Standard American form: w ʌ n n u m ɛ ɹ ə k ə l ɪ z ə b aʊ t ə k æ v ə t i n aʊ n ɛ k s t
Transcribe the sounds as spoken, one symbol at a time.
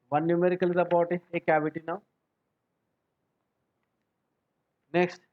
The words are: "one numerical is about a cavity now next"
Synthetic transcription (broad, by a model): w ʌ n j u m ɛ ɹ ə k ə l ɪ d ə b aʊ t ə k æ b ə t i n aʊ n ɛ k s t